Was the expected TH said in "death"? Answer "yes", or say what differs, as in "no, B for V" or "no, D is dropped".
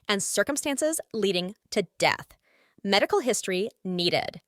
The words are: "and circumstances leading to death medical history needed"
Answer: yes